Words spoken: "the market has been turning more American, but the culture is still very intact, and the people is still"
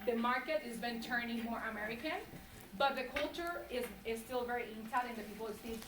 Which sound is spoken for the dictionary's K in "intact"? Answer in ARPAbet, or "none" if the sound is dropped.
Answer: none